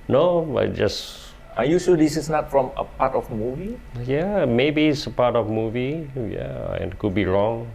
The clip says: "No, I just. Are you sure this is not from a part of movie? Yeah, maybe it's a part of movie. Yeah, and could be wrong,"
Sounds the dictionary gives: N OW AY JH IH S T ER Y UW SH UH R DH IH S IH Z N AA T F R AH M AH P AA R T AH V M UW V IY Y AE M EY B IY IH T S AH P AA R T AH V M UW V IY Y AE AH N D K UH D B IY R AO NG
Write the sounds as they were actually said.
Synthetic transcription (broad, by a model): N OW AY JH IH S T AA Y UW S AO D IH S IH S N AA T F R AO M AH P AA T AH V M UW V IY Y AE M EY B IY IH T S AH P AA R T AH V M UW V IY Y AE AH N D K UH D B IY R AO NG